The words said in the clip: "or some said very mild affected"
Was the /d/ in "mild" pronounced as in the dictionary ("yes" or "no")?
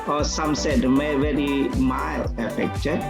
no